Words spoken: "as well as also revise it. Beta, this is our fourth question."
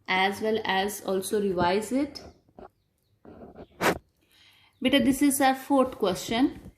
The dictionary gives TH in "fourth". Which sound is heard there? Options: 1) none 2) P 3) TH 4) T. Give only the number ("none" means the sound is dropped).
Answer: 4